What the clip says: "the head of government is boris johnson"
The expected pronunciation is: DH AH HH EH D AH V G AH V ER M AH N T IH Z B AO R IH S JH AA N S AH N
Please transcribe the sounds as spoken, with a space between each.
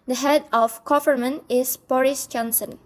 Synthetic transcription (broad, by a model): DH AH HH EH D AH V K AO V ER M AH N IH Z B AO R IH S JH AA N S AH N